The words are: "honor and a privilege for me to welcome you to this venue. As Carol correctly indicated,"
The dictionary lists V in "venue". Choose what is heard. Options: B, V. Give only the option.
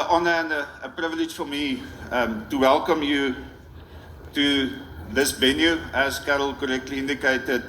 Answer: B